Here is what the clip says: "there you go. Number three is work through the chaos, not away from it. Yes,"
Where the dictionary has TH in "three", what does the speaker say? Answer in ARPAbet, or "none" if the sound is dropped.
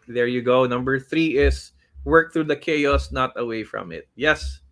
TH